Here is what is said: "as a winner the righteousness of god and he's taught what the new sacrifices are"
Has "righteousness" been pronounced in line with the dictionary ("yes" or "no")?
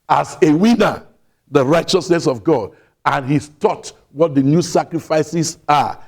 yes